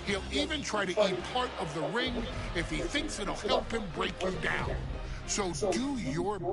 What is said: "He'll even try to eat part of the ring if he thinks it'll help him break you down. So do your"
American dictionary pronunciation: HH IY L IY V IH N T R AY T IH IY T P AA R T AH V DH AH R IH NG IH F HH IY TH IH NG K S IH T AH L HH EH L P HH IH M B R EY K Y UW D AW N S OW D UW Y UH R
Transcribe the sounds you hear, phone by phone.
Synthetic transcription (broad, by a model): HH IY L IY V IH N T R AY T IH IY T P AA R T AH V DH AH R IH NG IH F HH IY TH IH NG K S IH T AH L HH EH L P HH IH M B R EY K Y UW D AW N S OW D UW Y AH R